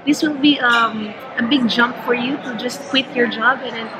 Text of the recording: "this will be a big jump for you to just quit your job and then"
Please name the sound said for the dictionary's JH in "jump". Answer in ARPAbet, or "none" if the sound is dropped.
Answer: JH